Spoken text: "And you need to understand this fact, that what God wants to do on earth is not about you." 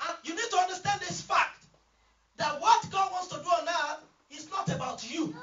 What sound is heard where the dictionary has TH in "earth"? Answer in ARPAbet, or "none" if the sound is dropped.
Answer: T